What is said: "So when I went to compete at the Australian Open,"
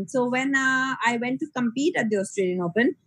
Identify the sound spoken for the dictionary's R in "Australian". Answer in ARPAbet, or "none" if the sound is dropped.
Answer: R